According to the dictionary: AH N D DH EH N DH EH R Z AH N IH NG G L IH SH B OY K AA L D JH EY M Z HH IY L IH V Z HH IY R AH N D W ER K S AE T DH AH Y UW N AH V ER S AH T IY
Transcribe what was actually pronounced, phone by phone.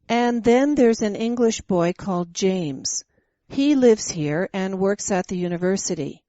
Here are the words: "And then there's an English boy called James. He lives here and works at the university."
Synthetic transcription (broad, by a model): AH N DH EH N DH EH R Z AH N IH NG G L IH SH B OY K AA L D JH EY M Z HH IY L IH V Z HH IY R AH N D W ER K S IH T DH AH Y UW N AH V ER S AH T IY